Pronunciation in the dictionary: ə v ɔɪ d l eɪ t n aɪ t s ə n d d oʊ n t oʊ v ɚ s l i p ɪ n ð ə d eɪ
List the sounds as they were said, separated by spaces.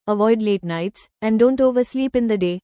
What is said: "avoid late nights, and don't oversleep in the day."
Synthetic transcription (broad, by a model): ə v ɔɪ d l eɪ t n aɪ t s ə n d d oʊ n t oʊ v ɚ s l i p ɪ n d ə d eɪ